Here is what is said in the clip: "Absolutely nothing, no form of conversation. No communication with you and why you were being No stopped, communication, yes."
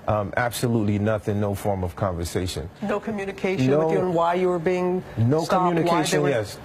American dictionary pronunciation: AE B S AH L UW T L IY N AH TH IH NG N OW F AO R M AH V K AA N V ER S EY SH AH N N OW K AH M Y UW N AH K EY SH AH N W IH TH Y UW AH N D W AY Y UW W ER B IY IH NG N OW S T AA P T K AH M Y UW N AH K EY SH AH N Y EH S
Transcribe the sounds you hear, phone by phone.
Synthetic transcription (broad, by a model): AE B S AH L UW T L IY N AH TH IH NG N OW F AO R M AH V K AA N V ER S EY SH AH N N OW K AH M Y UW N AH K EY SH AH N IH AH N W AY Y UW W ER B IY IH NG N OW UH K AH M Y UW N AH K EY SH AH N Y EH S